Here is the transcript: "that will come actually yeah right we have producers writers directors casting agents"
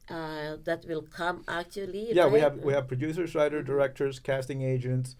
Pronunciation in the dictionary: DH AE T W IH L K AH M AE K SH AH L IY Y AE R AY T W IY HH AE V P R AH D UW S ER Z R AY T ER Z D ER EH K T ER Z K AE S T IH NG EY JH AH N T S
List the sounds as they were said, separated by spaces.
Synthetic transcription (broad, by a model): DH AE T W IH L K AH M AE K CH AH L IY Y AE W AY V W IY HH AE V P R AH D UW S ER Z R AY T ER D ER EH K T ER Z K AE S T IH NG EY JH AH N T S